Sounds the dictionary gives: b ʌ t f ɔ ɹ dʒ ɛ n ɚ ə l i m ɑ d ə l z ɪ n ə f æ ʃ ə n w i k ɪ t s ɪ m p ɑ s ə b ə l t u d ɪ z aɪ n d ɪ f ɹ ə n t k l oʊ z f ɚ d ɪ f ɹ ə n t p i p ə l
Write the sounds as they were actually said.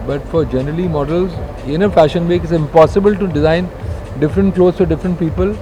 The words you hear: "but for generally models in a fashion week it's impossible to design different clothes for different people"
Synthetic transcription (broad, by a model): b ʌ t f ɔ ɹ dʒ ɛ n ɚ ə l i m ɑ d ə l z ɪ n ə f æ ʃ ə n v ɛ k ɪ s ɪ m p ɑ s ə b ə l t u d ɪ z aɪ n d ɪ f ɹ ə n t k l oʊ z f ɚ d ɪ f ɹ ə n t p i p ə l